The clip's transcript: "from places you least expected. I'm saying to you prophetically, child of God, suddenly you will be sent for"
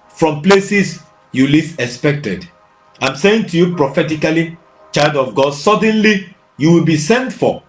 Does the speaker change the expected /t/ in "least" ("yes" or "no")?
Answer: yes